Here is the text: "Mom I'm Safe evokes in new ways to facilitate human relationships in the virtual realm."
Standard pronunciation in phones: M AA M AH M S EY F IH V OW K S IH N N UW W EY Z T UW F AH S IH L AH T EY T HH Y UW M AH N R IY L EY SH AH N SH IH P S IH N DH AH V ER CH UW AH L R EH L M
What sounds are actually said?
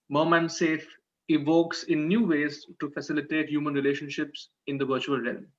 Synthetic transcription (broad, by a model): M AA M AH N S EY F IH V OW K S IH N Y UW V EY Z T UW F AH S IH L AH T EY T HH Y UW M AH N R IY L EY SH AH N SH IH P S IH N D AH V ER CH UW AH L R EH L M